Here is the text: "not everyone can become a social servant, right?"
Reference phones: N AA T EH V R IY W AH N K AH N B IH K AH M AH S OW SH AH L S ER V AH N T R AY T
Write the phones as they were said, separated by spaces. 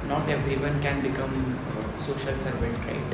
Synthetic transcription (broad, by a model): N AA T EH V R IY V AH N K AH N B IH K AH M S OW SH AH L S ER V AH T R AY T